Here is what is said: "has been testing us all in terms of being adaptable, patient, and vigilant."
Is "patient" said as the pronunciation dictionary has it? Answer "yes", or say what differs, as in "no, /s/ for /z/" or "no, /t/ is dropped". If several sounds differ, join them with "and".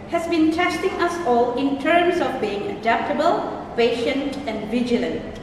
yes